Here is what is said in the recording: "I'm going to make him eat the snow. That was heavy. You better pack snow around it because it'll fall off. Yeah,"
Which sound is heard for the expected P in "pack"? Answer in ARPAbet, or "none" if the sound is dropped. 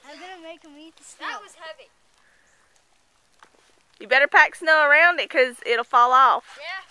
P